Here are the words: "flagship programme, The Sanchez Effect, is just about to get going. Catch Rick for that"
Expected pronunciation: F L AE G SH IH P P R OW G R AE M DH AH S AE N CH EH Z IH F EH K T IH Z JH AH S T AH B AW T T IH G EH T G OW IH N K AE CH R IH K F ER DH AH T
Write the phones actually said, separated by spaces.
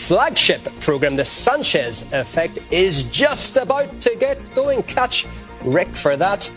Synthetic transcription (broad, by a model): F L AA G SH IH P P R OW G R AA M DH AH S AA N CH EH Z IH F EH K T IH Z JH AH S T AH B AW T T IH G EH T G OW IH N K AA CH R IH K F ER DH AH T